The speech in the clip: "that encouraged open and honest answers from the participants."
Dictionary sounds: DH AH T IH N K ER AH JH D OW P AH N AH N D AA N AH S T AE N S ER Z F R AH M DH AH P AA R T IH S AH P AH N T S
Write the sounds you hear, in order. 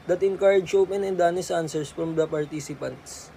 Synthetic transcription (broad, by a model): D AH T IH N K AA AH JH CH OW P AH N AH N D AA N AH S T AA N S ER S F R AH M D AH P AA R T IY S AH P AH N T S